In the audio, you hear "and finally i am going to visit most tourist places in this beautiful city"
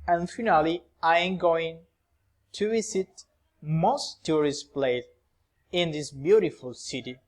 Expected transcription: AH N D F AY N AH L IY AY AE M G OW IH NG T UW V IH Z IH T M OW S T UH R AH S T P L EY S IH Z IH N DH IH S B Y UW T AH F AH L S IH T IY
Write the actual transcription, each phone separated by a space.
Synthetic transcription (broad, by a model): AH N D F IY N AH L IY AY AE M G OW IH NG T UW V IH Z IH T M OW S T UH R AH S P L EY IH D IH N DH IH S B Y UW T AH F AH L S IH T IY